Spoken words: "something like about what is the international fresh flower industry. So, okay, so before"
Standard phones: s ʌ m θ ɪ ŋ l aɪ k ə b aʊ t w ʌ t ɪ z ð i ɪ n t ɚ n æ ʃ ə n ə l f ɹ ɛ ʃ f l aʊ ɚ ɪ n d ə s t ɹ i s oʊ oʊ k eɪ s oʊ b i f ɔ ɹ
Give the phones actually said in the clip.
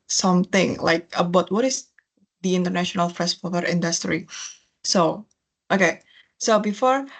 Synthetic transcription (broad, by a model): s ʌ m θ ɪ ŋ l aɪ k ə b aʊ t w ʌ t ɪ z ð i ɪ n t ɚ n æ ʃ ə n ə l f ɹ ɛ s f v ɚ ɪ n d ə s t ɹ i s oʊ oʊ k eɪ s oʊ b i f ɔ ɹ